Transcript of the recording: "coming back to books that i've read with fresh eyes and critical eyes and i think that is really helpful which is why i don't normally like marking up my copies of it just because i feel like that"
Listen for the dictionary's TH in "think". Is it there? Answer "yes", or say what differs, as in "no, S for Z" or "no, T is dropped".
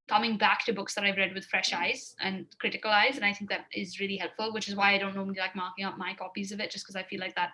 yes